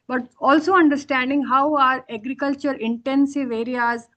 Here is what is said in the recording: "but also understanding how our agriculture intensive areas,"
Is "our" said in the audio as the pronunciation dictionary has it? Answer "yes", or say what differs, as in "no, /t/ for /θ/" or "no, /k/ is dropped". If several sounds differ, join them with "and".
yes